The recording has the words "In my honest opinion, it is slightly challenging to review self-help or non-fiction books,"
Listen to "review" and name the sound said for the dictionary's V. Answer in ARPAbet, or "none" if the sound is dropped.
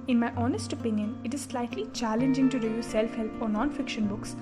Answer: none